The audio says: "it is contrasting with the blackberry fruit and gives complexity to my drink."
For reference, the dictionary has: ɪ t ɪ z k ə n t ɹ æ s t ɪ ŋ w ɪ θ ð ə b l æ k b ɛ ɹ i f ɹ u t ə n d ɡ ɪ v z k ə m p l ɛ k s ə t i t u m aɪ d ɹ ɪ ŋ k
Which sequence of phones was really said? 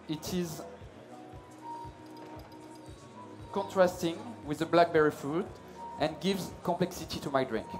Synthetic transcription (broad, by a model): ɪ t ɪ z k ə n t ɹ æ s t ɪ ŋ w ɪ ð ə b l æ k b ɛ ɹ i f u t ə n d ɡ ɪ v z k ə m p l ɛ k s ə t i t u m aɪ d ɹ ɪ ŋ k